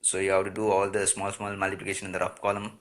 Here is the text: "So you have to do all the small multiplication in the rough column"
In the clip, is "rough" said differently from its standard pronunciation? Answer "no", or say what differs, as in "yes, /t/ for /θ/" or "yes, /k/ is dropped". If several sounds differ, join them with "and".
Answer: yes, /p/ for /f/